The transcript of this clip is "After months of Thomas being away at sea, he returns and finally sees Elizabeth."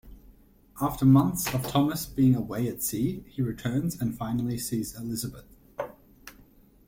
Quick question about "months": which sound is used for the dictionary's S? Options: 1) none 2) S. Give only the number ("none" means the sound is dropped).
2